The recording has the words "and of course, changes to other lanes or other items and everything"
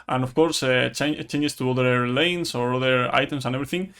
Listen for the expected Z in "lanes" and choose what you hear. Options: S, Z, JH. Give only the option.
S